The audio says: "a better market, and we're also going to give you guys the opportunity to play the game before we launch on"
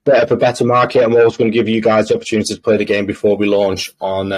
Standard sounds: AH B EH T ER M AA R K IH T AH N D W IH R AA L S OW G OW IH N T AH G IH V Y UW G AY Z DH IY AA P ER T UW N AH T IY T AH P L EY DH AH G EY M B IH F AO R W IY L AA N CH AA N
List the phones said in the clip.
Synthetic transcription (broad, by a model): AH B EH T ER M AA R K IH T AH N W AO W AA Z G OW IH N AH G IH V Y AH G AY Z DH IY AA P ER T UW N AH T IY T AH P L EY DH AH G EY M B IH F AO W IY L AA N CH N